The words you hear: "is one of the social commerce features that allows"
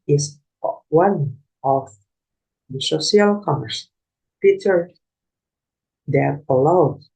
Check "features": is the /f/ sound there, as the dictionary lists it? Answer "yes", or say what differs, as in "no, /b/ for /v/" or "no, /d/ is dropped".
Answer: no, /p/ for /f/